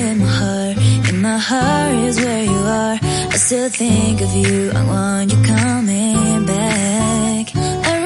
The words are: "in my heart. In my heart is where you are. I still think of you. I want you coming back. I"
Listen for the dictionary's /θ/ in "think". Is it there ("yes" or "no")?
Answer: yes